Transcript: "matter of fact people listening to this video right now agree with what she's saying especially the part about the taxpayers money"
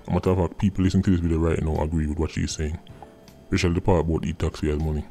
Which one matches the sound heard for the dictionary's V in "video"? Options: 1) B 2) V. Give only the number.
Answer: 1